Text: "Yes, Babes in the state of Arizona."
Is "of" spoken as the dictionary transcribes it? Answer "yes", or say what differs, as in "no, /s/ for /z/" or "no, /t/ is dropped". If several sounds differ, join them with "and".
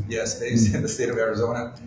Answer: yes